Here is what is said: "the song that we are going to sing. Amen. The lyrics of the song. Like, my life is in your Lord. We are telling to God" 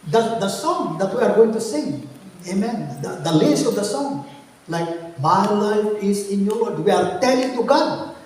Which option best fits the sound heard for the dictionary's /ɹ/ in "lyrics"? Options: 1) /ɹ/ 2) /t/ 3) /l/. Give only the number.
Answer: 3